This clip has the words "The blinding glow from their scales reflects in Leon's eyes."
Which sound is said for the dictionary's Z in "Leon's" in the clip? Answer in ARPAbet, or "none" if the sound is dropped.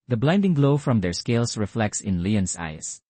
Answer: S